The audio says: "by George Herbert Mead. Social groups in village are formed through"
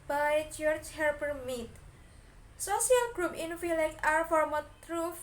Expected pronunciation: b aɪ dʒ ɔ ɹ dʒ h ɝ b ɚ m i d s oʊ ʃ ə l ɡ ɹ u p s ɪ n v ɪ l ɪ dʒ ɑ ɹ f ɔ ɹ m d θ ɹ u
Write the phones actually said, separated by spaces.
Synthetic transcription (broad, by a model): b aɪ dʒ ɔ ɹ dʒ h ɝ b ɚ m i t s oʊ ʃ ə l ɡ ɹ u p ɪ n f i l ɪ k ɑ ɹ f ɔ ɹ m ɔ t ɹ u